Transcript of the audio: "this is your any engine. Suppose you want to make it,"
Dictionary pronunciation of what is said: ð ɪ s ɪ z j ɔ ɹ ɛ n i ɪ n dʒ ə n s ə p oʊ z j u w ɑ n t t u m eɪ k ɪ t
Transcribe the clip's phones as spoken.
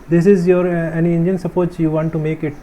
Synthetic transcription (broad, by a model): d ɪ s ɪ z j ɔ ɹ ɛ n i ɪ n dʒ ə n s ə p oʊ s j u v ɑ n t t u m eɪ k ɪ t